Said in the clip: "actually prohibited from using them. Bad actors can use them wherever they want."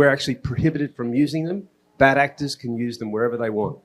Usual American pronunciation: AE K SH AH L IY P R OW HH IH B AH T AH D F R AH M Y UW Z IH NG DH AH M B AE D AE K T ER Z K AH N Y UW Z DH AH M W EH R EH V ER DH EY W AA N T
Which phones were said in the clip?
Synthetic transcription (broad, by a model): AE K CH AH L IY P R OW HH IH B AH T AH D F R AH M Y UW Z IH NG DH AH M B AE D AE K T ER Z K AH N Y UW Z DH AH M W EH R EH V ER DH EY W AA N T